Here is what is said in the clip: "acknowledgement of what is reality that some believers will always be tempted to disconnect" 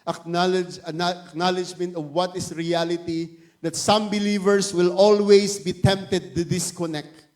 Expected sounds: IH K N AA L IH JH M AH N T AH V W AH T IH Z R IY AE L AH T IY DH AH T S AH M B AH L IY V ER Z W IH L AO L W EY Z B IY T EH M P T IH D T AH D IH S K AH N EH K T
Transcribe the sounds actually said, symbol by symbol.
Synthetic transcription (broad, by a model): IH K N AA L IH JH M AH N T AH V W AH T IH S R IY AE L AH T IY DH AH T S AH M B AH L IY V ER S W IH L AO L W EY S B IY T EH M P T IH D T AH D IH S K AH N EH K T